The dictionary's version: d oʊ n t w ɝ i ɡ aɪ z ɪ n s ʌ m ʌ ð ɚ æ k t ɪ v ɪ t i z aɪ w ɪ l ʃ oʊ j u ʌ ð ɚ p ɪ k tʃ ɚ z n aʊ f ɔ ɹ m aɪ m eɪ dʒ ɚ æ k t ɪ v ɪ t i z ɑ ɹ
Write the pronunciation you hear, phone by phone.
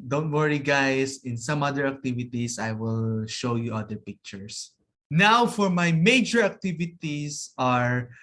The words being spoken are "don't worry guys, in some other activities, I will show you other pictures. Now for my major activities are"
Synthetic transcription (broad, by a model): d oʊ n t w ɝ i ɡ aɪ s ɪ n s ʌ m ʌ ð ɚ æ k t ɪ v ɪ t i s aɪ w ɪ l ʃ oʊ j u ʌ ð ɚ p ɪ k tʃ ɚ s n aʊ f ɔ ɹ m aɪ m eɪ dʒ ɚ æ k t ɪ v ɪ t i s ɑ ɹ